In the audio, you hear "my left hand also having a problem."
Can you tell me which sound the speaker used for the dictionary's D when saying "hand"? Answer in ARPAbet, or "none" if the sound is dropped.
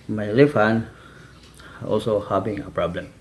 none